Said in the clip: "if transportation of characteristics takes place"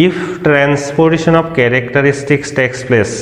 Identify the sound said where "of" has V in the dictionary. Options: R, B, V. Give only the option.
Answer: B